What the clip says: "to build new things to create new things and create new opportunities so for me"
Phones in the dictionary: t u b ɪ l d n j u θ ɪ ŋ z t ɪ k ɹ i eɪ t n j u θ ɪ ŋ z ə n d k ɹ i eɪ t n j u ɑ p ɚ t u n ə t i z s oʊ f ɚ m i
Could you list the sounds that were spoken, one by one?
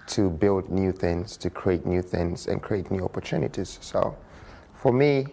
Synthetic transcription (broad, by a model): t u b ɪ l d n j u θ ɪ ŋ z t ɪ k ɹ i eɪ t n j u θ ɪ ŋ z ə n k ɹ i eɪ t n j u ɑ p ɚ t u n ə t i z s oʊ f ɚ m i